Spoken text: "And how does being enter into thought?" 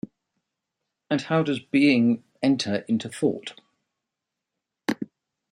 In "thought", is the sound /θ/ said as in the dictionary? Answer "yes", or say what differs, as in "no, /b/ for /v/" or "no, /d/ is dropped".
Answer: yes